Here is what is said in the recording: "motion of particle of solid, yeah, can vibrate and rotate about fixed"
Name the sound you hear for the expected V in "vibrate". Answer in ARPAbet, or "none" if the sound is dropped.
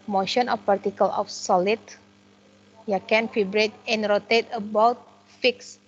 F